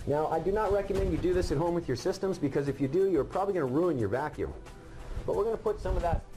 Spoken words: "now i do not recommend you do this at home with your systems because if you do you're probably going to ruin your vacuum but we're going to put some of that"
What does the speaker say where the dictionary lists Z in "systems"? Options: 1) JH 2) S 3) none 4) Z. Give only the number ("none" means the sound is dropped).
4